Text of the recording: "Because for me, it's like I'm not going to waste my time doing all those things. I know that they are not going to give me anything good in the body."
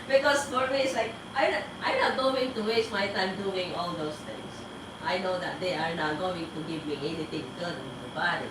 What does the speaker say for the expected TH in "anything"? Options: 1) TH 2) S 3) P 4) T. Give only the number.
4